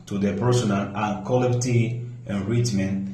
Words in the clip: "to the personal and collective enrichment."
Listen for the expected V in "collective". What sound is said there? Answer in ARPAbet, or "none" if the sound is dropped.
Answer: none